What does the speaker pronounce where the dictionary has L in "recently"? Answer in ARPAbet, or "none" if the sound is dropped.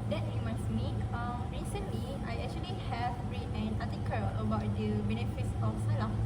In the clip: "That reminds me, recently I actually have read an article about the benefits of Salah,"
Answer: L